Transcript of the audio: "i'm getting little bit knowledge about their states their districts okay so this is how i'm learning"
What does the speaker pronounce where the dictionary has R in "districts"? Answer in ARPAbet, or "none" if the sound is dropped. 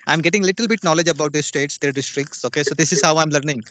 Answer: R